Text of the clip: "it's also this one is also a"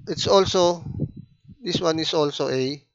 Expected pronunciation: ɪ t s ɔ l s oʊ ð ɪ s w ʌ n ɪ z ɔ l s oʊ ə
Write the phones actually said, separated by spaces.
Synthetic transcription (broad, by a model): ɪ t s ɔ l s oʊ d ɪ s w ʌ n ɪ s ɔ l s oʊ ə